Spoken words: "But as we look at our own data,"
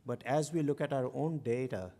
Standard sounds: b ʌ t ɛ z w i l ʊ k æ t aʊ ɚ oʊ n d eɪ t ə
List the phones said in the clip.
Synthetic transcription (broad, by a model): b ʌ t ɛ z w i l ʊ k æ t aʊ ɚ oʊ n d eɪ t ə